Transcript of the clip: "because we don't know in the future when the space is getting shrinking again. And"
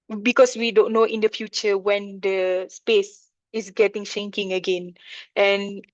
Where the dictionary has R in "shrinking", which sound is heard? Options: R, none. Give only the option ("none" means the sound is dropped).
none